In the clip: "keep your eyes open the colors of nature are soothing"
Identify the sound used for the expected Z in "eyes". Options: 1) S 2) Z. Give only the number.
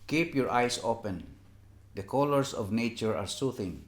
1